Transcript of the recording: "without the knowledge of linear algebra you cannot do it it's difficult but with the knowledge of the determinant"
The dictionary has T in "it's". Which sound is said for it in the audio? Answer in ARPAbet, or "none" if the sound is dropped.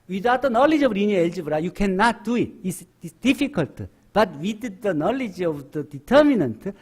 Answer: S